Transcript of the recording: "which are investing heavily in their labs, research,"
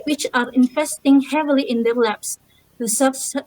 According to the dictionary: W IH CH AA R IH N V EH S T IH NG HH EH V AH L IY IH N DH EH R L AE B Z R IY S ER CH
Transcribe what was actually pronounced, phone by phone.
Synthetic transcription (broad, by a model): W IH CH AA R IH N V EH S T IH NG HH EH V AH L IY IH N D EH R L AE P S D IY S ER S